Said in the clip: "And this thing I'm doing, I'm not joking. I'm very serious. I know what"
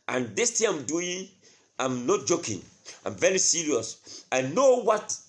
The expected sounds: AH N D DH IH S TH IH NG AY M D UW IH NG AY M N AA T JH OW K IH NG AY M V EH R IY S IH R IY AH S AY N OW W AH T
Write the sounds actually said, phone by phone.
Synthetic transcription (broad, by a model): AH N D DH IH S T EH AY M D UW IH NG AY M N AA T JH OW K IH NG AY M V EH R IY S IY R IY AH S AY N OW W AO T